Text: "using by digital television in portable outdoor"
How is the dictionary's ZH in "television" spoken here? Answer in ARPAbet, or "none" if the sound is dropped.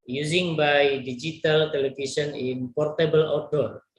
S